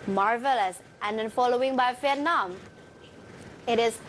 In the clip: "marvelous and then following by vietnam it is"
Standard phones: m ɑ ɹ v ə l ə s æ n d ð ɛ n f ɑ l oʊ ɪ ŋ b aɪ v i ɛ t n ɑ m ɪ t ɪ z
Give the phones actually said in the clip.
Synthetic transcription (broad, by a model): m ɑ ɹ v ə l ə s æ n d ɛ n f ɑ l oʊ ɪ ŋ b aɪ f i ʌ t n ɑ m ɪ t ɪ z